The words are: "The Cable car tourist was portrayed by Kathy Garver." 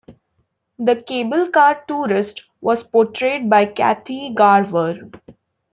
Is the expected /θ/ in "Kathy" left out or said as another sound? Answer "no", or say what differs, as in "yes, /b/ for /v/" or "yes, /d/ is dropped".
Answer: yes, /t/ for /θ/